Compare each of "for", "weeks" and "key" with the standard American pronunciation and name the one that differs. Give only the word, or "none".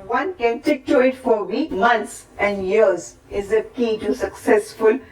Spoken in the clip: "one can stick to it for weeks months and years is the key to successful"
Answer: weeks